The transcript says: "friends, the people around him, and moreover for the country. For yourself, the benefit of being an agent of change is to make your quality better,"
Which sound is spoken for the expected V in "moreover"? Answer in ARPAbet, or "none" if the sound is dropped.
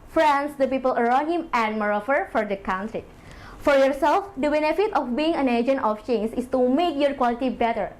F